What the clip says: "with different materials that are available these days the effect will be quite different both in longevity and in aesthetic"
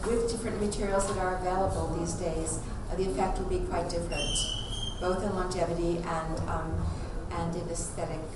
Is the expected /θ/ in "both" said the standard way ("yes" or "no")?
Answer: yes